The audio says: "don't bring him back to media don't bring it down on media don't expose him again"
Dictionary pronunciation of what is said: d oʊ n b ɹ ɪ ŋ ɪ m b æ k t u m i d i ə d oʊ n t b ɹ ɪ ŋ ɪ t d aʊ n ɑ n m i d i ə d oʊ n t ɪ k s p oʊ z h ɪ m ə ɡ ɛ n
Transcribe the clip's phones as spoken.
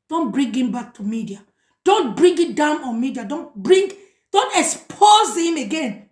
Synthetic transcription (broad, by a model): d oʊ n b ɹ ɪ ŋ ɪ m b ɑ k t u m i d i ə d oʊ n t b ɹ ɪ ŋ ɪ t d aʊ n ɑ n m i d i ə d oʊ n t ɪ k s p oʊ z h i m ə ɡ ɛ n